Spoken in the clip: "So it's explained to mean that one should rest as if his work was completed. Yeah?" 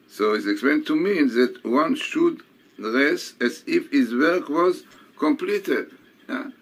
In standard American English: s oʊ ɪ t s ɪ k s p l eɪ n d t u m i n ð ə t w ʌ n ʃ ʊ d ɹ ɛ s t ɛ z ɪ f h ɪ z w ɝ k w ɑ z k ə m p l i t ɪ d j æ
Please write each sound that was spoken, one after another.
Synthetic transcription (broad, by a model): s oʊ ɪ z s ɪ k s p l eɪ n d t u m i n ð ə t w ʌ n ʃ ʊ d ɹ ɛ s ɛ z ɪ f h ɪ z w ɝ k w ɑ z k ə m p l i t ɪ d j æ